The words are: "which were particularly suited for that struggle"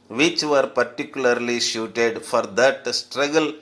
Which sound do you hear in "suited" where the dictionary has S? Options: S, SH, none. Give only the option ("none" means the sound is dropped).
SH